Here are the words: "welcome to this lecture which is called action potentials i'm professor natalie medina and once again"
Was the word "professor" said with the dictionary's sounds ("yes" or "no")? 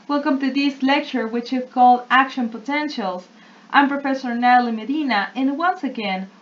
yes